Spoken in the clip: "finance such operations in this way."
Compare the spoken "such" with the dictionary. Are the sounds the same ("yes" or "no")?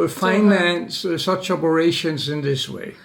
yes